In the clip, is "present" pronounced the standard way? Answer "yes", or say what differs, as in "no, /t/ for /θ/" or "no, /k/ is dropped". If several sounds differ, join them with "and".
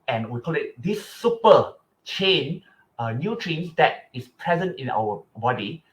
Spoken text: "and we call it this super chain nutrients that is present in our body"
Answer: yes